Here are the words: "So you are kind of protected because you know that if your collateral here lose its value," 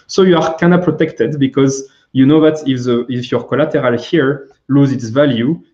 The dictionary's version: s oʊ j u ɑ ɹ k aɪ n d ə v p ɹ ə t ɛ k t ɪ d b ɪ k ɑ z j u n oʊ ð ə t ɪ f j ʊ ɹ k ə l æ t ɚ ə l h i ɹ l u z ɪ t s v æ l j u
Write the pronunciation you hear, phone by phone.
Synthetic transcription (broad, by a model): s oʊ j u ɑ ɹ k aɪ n ə p ɹ ə t ɛ k t ɪ d b ɪ k ɑ z j u n oʊ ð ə t ɪ f j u ɹ k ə l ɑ t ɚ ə l h i ɹ l u z ɪ t s v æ l j u